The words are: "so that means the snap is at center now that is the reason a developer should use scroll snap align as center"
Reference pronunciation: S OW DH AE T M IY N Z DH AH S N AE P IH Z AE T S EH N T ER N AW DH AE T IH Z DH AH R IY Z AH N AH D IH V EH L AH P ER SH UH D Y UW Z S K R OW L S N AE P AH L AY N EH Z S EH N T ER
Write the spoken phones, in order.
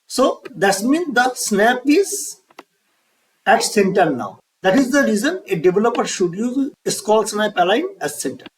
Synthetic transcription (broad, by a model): S OW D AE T M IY N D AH S N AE P IH Z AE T S EH N T ER N AW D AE T IH Z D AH R IY Z AH N AH D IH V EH L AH P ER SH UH D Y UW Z S K OW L S N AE P AH L AY N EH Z S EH N T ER